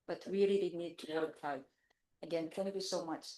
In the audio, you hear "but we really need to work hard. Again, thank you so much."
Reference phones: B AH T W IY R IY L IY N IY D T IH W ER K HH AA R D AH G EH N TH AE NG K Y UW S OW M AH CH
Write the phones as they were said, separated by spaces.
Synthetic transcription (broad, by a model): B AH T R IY L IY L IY N IY D T IH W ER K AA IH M AH G EH N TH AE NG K Y UW S OW M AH CH